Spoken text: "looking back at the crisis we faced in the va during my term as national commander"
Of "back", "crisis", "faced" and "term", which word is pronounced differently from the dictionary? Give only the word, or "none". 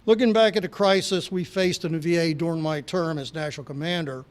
none